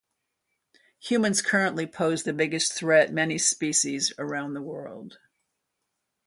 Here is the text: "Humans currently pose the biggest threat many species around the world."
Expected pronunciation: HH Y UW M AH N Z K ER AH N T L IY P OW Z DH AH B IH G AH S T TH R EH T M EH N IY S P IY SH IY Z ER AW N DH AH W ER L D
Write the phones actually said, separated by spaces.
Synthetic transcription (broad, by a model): HH Y UW M AH N Z K ER AH N T L IY P OW Z DH AH B IH G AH S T TH R EH T M EH N IY S P IY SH IY Z ER AW N DH AH W ER L D